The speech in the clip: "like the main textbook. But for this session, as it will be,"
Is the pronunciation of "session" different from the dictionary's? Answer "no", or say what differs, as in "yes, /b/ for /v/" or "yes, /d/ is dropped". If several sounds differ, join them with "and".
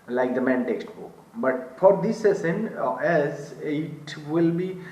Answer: yes, /s/ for /ʃ/